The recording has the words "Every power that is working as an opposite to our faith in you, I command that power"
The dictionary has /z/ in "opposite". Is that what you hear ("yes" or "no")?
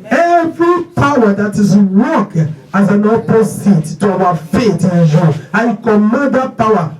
no